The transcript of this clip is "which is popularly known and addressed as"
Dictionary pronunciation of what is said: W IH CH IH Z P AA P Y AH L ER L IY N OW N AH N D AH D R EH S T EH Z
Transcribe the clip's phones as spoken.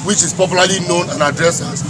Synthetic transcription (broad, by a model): W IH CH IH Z P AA P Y L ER L IY N OW N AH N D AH D R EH S EH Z